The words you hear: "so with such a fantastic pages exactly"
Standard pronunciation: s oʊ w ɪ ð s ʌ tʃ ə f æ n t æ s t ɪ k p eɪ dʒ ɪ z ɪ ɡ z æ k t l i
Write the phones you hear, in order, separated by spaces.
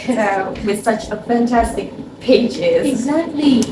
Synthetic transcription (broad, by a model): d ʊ w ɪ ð s ʌ tʃ ə f æ n t æ s t ɪ k p eɪ dʒ ɪ z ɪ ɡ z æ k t l i